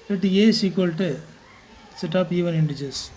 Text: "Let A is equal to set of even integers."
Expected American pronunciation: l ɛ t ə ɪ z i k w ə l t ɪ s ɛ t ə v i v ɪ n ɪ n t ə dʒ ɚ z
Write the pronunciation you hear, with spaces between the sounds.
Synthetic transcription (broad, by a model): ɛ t ə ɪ s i k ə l t ɪ s ɛ t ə p i v ɪ n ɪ n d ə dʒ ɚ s